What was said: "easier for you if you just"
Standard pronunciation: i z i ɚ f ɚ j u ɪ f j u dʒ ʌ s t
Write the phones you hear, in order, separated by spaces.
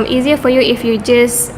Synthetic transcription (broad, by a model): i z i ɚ f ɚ j u ɪ f j u dʒ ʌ s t